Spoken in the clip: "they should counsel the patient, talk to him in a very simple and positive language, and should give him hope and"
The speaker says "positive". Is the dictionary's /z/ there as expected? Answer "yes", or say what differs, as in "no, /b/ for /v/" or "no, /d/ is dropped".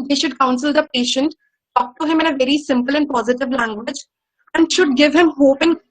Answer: yes